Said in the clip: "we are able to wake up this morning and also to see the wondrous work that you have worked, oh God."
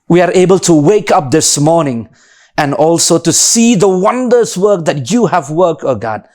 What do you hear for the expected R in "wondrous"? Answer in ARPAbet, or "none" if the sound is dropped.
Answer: none